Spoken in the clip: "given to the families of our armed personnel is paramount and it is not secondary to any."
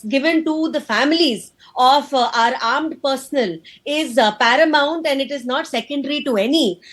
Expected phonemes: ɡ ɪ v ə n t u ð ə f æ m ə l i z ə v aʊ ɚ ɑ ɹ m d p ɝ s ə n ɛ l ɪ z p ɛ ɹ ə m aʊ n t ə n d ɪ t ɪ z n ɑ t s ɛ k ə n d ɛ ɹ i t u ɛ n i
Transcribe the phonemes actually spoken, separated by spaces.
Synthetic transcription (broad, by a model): ɡ ɪ v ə n t u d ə f æ m ə l i z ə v aʊ ɚ ɑ ɹ m d p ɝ s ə n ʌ l ɪ z p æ ɹ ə m aʊ n t ə n d ɪ t ɪ z n ɑ t s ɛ k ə n d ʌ ɹ i t u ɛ n i